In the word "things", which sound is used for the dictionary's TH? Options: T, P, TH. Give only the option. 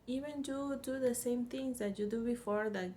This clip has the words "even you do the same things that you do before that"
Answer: T